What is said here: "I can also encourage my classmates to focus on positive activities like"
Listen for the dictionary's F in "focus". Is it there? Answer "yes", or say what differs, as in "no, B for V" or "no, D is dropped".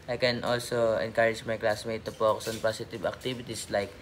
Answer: no, P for F